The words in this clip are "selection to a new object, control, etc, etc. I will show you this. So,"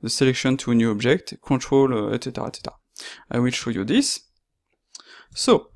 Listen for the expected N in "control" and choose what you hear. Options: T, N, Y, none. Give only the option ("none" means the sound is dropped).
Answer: none